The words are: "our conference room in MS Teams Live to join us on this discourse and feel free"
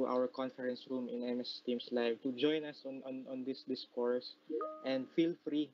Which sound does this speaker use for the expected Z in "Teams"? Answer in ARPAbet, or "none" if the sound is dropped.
S